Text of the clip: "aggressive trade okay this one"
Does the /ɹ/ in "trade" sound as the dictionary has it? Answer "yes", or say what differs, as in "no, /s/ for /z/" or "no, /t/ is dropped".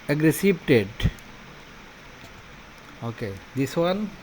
no, /ɹ/ is dropped